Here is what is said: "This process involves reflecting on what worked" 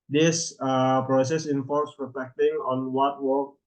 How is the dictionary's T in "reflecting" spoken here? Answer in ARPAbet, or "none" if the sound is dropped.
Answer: T